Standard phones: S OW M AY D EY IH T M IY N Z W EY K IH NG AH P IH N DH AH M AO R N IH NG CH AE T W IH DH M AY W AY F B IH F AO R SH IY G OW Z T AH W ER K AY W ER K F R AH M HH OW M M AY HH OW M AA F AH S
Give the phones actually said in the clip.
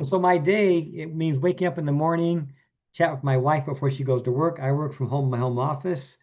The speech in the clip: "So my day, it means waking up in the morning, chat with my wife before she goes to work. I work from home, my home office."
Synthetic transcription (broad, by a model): S OW M AY D EY IH T M IY N Z W EY K IH NG AH P IH N DH AH M AO R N IH NG CH AE T W IH DH M AY W AY F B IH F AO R SH IY G OW Z T AH W ER K AY W ER K F R AH M HH OW M M AY HH OW M AA F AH S